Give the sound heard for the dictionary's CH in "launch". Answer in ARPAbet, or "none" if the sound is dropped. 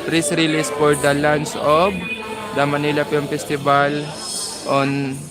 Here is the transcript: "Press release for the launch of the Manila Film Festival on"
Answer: S